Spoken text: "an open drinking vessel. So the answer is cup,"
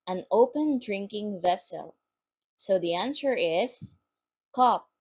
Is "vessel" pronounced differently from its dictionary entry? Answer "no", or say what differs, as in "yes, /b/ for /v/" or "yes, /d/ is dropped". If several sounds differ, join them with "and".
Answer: no